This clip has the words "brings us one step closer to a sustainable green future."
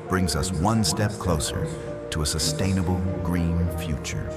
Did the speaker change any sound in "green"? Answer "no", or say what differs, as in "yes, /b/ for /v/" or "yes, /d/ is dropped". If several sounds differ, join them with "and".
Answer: no